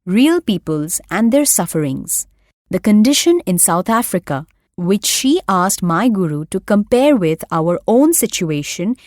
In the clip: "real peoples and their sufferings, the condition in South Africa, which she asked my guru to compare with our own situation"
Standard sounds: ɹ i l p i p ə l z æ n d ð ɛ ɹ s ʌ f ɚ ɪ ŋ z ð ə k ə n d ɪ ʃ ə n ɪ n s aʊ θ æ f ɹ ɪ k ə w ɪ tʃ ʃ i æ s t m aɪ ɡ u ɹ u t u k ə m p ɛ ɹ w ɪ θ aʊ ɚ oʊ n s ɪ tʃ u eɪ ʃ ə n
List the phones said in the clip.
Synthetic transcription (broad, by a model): ɹ i l p i p ə l z æ n d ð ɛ ɹ s ʌ f ɚ ɪ ŋ z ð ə k ə n d ɪ ʃ ə n ɪ n s aʊ t æ f ɹ ɪ k ə w ɪ tʃ ʃ i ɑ s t m aɪ ɡ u ɹ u t u k ə m p ɛ ɹ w ɪ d aʊ ɚ oʊ n s ɪ tʃ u eɪ ʃ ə n